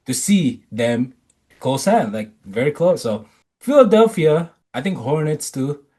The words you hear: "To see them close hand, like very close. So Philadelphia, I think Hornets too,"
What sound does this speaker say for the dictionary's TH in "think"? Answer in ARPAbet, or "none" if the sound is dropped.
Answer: T